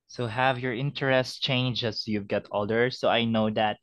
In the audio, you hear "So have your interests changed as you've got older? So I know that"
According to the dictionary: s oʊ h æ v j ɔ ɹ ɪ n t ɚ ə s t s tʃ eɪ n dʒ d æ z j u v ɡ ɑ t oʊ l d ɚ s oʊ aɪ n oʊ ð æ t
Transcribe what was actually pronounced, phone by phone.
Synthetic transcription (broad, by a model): s oʊ h æ v j ɔ ɹ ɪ n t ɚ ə s t tʃ eɪ n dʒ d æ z j u v ɡ ɑ t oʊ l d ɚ s oʊ aɪ n oʊ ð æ t